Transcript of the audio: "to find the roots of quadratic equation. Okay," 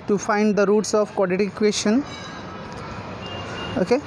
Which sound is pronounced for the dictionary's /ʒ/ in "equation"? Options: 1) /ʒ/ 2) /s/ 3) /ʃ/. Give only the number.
3